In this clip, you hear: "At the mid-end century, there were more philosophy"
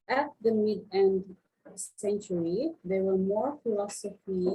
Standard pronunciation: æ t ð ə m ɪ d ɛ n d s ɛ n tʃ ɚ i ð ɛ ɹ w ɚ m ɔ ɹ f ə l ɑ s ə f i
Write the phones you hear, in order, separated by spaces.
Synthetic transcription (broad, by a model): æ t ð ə m ɪ d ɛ n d s ɛ n tʃ ɚ i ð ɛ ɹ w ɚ m ɔ ɹ f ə l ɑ s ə f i